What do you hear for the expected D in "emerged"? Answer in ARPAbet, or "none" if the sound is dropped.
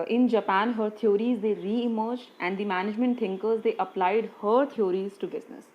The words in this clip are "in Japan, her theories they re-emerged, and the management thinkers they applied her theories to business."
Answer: none